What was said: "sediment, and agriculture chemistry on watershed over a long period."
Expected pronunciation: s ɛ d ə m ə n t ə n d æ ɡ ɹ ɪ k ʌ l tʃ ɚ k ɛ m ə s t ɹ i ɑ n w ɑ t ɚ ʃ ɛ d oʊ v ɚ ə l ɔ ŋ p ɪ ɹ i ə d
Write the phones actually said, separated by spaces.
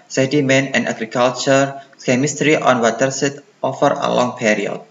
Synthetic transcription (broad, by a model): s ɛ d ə m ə n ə n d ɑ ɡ ɹ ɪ k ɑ l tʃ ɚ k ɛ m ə s t ɹ i ɑ n w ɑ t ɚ s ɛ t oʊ f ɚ ə l ɔ ŋ p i ɹ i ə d